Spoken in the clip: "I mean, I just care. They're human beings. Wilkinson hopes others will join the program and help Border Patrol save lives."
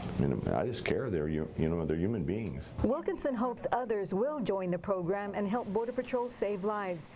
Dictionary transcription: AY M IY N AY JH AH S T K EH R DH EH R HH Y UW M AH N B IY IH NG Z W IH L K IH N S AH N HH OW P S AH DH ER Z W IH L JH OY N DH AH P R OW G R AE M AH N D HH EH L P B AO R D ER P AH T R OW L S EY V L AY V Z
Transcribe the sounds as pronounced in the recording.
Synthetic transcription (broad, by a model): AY M IY N AY JH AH S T K EH R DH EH R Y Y UW M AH N B IY IH NG Z W IH L K IH N S AH N HH OW P S AH DH ER Z W IH L JH OY N DH AH P R OW G R AE M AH N HH EH L P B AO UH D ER P AH T R OW L S EY V L AY V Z